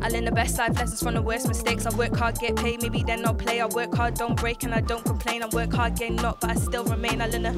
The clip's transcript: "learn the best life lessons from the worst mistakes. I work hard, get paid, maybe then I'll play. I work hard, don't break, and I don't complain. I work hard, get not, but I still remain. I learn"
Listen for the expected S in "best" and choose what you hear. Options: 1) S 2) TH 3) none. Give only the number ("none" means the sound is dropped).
1